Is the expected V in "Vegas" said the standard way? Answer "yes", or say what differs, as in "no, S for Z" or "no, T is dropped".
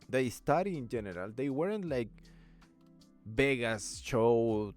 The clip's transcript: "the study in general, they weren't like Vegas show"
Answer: no, B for V